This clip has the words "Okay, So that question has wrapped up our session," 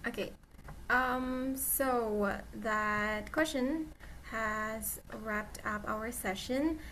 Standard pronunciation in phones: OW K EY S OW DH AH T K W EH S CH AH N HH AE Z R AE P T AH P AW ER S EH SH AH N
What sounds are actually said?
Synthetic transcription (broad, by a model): OW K EY S OW DH AH T K W EH S CH AH N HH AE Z R AE P T AH P AW ER S EH SH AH N